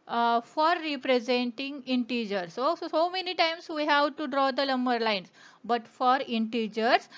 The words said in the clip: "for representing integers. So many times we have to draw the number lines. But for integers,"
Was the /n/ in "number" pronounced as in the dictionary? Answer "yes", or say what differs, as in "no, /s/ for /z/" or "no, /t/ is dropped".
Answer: no, /l/ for /n/